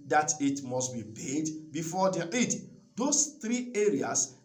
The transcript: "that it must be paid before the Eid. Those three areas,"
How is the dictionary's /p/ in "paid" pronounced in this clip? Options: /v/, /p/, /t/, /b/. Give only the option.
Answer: /b/